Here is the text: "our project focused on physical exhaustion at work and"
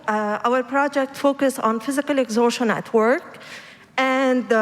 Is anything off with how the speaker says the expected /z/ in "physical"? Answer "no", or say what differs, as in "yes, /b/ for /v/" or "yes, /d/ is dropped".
no